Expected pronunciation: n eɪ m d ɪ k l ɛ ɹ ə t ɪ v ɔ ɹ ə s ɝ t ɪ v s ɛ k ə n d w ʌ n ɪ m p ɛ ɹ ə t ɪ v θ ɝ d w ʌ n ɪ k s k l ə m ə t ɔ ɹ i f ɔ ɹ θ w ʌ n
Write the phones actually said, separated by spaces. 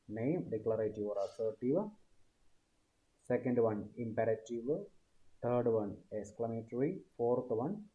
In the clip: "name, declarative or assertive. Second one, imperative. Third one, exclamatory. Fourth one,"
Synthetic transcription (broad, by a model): n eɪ m d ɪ k l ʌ ɹ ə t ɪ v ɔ ɹ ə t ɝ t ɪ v s ɛ k ə n d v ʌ n ɪ m p ɛ ɹ ə t ɪ v t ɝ d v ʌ n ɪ k s k l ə m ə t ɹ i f ɔ ɹ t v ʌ n